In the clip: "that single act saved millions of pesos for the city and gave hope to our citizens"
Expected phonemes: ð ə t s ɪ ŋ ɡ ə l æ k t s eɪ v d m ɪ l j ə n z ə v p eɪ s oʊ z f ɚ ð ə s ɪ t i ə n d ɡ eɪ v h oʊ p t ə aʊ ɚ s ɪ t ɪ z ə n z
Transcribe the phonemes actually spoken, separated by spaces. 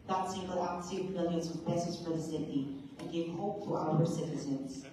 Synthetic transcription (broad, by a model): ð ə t s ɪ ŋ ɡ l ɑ t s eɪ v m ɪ l j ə n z ə v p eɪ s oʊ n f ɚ ð ə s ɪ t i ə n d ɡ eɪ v h oʊ p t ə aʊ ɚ s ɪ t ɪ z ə n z